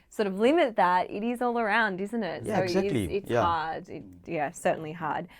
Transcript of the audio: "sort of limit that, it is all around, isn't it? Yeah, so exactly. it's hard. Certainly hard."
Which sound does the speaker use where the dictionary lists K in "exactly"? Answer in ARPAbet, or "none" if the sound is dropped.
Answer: none